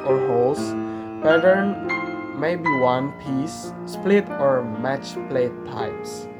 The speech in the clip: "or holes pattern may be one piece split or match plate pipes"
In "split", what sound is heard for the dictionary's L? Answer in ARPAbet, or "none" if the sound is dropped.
L